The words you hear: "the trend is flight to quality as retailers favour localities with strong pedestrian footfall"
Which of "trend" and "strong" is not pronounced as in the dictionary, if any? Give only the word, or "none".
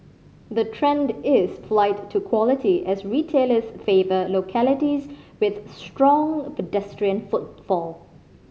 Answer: none